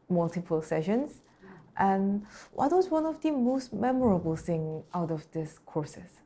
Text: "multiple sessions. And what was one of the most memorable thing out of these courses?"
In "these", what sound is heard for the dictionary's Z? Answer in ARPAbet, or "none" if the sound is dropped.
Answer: S